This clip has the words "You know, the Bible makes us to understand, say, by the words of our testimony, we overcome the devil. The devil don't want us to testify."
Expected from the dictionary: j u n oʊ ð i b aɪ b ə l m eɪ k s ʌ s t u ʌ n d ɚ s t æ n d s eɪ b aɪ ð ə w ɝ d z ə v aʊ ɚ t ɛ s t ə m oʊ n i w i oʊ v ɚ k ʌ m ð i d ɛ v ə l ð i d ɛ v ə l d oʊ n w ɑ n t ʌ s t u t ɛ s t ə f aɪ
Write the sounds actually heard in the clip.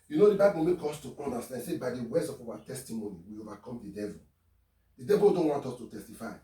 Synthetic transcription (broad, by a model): j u n oʊ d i b aɪ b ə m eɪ k ɔ s t u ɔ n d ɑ s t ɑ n s eɪ b aɪ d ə w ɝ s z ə f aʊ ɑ t ɛ s t ə m oʊ n i w i oʊ v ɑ k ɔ m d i d ɛ v ə l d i d ɛ v ə l d oʊ n w ɑ n t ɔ s t u t ɛ s t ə f aɪ